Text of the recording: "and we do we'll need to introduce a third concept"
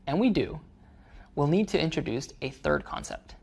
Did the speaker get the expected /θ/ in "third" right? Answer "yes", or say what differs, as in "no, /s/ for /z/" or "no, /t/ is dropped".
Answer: yes